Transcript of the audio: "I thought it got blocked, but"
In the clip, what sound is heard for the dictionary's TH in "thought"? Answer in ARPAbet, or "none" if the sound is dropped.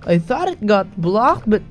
TH